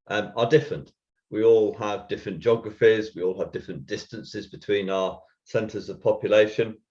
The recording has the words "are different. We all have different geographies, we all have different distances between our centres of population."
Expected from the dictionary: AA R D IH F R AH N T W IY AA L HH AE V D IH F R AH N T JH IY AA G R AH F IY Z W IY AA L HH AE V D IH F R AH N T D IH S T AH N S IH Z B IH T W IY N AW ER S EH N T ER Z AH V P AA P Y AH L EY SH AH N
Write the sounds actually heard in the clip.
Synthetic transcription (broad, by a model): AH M D IH F R AH N T W IY AA L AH V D IH F R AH N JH AA G R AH F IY Z W IY AA L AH V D IH F R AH N D IH S T AH N S IH Z B IH T W IY N AW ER S EH N T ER Z AH V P AA P Y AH L EY SH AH N